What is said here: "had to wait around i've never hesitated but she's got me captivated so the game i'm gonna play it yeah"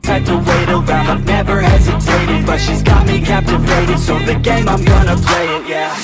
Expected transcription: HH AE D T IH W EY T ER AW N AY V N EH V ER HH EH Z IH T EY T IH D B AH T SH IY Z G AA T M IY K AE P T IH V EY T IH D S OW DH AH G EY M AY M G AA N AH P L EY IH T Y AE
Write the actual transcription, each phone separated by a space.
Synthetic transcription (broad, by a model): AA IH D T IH W EY T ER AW AY V N EH V ER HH EH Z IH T EY T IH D B AH T SH IY Z G AA T M IY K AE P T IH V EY T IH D S OW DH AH G EY M AY M G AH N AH P L EY IH T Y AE